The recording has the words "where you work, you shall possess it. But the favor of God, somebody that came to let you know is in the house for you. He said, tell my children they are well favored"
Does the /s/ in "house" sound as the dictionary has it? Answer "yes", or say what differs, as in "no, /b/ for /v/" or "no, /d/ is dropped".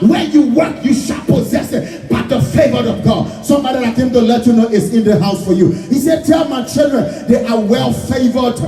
yes